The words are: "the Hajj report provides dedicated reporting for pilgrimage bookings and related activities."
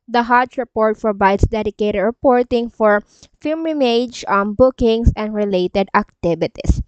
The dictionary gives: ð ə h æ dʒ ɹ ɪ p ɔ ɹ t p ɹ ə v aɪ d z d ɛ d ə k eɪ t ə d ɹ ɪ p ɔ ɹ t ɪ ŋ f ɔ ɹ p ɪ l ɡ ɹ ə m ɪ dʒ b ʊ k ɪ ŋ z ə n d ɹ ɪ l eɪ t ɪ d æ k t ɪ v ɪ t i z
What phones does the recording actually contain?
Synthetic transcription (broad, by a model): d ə h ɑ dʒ ɹ ɪ p ɔ ɹ t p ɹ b aɪ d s d ɛ d ə k eɪ t ə d ɹ ɪ p ɔ ɹ t ɪ ŋ f ɔ ɹ f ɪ l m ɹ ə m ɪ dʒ b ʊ k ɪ ŋ s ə n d ɹ ɪ l eɪ t ɪ d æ k t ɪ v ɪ t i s